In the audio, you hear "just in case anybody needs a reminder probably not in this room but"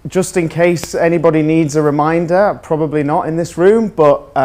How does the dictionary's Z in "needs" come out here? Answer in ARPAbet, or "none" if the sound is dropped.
Z